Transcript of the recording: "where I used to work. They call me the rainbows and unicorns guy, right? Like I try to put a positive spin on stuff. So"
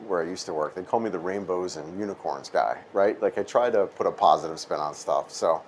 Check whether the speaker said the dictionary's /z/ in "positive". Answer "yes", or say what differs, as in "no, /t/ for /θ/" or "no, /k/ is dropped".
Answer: yes